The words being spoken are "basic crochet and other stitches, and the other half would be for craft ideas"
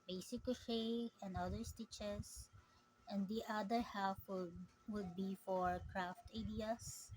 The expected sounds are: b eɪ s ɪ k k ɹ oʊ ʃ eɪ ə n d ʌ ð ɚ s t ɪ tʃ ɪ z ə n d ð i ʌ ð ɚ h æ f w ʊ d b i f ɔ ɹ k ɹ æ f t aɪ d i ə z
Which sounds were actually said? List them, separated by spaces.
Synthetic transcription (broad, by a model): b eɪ s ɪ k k oʊ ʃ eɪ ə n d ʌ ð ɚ s t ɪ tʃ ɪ s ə n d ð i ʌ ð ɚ h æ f w ʊ d b i f ɔ ɹ k ɹ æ f t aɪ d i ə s